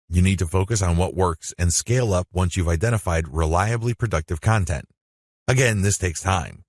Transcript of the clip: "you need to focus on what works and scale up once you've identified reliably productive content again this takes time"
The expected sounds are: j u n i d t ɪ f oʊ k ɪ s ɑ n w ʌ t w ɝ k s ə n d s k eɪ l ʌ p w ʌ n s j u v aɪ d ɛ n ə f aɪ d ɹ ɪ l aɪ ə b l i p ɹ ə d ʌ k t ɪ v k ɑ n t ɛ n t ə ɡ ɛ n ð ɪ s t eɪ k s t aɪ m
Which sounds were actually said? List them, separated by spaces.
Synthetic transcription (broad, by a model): j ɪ n i d t ɪ f oʊ k ɪ s n w ʌ t w ɝ k s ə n s k eɪ l ʌ p w ʌ n s j u v aɪ d ɛ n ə f aɪ d ɹ ɪ l aɪ ə b l i p ɹ ə d ʌ k t ɪ v k ɑ n t ɛ n t ə ɡ ɛ n ð ɪ s t eɪ k s t aɪ m